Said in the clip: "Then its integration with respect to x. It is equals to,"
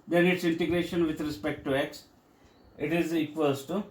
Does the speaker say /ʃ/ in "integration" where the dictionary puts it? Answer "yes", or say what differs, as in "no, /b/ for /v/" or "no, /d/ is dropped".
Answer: yes